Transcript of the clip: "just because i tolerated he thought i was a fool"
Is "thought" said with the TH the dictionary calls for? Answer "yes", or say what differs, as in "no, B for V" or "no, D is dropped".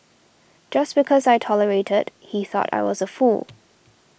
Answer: yes